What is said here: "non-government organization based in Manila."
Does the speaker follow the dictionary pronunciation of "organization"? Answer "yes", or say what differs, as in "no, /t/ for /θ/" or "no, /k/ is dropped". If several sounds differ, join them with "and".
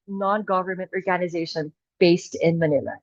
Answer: yes